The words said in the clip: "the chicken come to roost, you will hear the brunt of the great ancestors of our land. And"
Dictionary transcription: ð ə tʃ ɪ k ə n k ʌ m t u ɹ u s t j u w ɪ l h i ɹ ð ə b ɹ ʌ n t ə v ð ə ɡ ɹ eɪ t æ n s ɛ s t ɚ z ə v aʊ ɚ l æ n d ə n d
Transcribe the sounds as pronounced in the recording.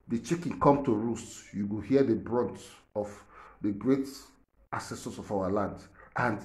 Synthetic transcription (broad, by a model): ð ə tʃ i k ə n k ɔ m t u ɹ u s t j u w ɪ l h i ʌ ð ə b ɹ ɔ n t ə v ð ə ɡ ɹ eɪ t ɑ s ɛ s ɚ s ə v aʊ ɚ l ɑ n d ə n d